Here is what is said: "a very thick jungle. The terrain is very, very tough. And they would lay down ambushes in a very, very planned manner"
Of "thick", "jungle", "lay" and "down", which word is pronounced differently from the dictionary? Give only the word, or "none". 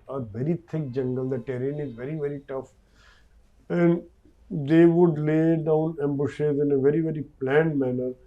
thick